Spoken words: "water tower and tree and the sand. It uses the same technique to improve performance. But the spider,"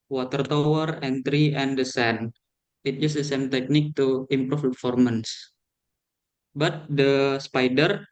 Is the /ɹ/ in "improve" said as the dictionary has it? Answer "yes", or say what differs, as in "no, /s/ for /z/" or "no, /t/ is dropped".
no, /ɹ/ is dropped